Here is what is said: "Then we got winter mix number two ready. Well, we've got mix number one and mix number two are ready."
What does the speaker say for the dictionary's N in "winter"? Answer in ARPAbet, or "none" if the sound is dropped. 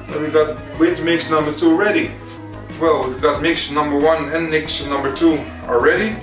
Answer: none